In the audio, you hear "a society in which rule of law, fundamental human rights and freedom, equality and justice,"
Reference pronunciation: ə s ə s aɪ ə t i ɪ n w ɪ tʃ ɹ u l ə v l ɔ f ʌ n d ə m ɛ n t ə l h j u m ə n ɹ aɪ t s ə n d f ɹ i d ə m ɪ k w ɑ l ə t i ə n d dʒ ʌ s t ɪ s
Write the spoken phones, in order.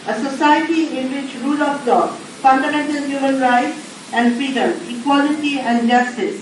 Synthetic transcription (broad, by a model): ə s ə s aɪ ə t i ɪ n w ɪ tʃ ɹ u l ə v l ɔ f ʌ n d ə m ɛ n t ə l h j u m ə n ɹ aɪ t s ə n d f i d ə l ɪ k w ɑ l ə t i ə n d dʒ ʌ s t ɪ s